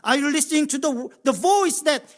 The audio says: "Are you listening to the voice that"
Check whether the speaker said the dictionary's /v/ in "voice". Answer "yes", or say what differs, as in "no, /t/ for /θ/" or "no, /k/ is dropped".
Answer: yes